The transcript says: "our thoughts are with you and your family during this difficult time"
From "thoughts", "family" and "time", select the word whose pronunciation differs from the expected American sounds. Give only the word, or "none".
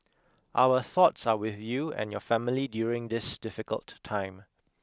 none